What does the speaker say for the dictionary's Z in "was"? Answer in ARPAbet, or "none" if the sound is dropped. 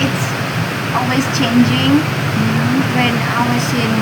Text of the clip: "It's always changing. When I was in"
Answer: S